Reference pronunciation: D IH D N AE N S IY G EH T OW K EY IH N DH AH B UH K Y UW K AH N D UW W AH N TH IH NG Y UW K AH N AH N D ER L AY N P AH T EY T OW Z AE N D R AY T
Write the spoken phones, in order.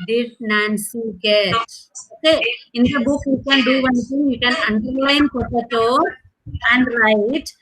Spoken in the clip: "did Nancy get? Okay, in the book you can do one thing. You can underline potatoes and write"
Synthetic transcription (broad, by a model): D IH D N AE N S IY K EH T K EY IH N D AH B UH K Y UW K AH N D UW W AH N T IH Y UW K AH N AH N D ER L AY N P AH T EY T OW AE N D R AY T